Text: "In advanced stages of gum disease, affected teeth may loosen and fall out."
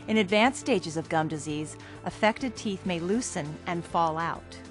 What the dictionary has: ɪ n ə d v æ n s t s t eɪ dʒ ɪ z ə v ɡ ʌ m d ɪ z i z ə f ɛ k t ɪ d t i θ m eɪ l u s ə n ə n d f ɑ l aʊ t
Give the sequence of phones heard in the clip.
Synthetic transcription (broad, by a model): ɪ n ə d v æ n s s t eɪ dʒ ɪ z ə v ɡ ʌ m d ɪ z i z ə f ɛ k t ɪ d t i θ m eɪ l u s ə n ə n f ɑ l aʊ t